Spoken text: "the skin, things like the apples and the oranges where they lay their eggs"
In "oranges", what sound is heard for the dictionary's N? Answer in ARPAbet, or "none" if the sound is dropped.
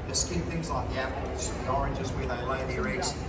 N